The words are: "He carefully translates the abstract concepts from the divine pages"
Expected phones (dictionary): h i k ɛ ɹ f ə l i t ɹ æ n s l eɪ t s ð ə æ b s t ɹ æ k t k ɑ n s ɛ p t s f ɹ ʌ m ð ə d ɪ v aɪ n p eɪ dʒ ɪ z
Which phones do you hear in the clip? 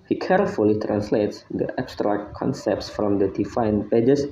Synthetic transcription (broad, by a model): h i k ɛ ɹ f ə l i t ɹ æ n s l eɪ t s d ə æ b s t ɹ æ k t k ɑ n s ɛ p t s f ɹ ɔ m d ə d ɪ f aɪ n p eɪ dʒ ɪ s